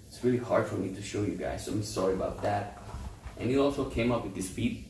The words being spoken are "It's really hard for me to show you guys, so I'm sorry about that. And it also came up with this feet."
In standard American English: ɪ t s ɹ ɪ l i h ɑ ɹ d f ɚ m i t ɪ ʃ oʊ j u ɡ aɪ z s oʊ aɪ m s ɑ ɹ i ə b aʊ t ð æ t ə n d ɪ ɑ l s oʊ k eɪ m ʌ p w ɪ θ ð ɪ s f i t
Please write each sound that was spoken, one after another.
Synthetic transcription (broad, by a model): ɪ t s ɹ ɪ l i h ɑ ɹ d f ɚ m i t ɪ ʃ oʊ j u ɡ aɪ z s oʊ aɪ m s ɑ ɹ i ə b aʊ t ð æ t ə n ɪ ɑ l s oʊ k eɪ m ʌ p w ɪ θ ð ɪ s f i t